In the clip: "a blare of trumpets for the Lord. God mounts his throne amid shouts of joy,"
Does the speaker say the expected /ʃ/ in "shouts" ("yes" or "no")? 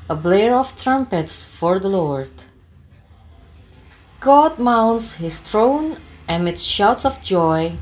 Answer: yes